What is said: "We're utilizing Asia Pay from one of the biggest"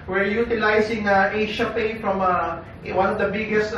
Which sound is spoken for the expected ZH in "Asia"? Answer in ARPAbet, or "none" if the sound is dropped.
SH